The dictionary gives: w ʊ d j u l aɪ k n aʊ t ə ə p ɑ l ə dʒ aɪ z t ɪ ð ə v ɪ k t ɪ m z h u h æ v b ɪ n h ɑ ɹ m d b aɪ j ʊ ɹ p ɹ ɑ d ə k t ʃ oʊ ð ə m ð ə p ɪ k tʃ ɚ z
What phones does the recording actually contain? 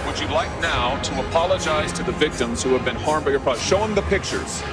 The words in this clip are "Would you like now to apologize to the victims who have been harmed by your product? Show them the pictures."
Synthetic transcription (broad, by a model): w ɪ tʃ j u l aɪ k n aʊ t ə ə p ɑ l ə dʒ aɪ z t ɪ ð ə v ɪ k t ɪ m z h u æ v b ɪ n h ɑ ɹ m b aɪ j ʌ ɹ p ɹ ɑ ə ʃ oʊ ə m ð ə p ɪ k tʃ ɚ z